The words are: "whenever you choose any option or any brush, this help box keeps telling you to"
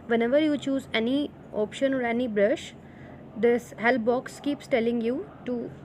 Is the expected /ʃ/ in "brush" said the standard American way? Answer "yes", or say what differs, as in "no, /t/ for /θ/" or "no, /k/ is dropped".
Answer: yes